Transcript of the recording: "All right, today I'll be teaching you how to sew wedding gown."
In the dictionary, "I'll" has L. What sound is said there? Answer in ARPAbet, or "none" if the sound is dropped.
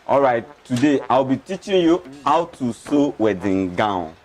W